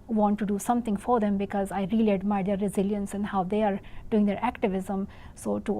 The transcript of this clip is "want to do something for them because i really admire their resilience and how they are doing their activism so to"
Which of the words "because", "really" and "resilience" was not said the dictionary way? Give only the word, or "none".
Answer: none